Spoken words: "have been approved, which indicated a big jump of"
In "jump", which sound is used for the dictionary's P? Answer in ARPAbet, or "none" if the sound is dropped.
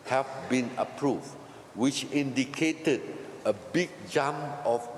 none